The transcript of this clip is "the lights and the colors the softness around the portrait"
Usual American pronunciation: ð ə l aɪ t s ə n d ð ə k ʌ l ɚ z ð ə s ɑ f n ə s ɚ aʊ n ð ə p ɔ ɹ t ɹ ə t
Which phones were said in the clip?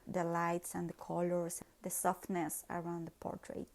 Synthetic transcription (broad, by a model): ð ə l aɪ t s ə n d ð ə k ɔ l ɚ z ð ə s ɑ f n ə s ɚ aʊ n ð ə p ɔ ɹ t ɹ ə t